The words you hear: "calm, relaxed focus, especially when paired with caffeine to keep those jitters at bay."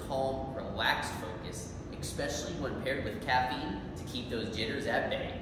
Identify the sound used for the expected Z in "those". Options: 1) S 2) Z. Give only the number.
2